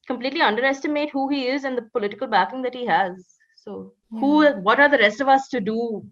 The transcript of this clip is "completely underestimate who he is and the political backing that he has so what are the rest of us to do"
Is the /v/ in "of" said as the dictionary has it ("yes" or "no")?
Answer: yes